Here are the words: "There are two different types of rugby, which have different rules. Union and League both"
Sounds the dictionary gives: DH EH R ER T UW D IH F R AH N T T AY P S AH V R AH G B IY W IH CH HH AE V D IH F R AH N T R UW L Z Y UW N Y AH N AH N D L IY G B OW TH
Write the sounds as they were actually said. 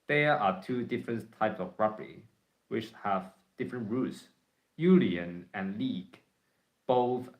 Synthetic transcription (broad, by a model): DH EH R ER T UW D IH F R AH N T T AY P S AH V R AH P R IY W IH CH HH AE V D IH F R AH N T R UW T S Y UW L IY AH N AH N L IY G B OW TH